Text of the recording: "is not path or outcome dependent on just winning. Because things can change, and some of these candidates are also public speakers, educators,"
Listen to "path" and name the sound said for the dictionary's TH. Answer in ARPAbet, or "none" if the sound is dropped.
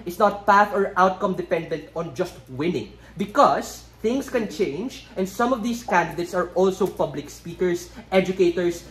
TH